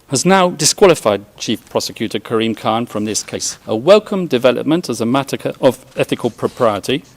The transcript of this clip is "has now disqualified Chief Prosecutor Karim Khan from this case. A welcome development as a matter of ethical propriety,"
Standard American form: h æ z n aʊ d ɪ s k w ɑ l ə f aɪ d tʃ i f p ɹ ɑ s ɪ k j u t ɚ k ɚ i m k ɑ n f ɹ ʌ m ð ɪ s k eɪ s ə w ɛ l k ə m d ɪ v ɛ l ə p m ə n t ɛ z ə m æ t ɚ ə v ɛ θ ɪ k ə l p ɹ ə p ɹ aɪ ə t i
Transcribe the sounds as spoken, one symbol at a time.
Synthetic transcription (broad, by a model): h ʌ z n aʊ d ɪ s k w ɑ l ə f aɪ d tʃ i f p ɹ ɑ s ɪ k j u t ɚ k ɚ i m k ɑ n f ɹ ʌ m ð ɪ s k eɪ s ə w ɛ l k ə m d ɪ v ɛ l ə p m ə n t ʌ z ə m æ t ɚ ə v ɛ θ ɪ k ə l p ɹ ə p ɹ aɪ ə t i